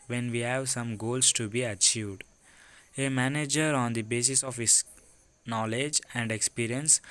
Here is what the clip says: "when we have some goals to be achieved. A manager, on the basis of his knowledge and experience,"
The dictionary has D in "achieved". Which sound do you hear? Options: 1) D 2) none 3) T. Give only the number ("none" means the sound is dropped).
1